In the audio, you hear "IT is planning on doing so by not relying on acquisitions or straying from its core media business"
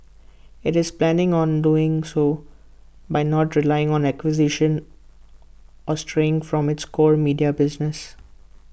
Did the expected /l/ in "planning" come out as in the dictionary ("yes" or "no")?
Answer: yes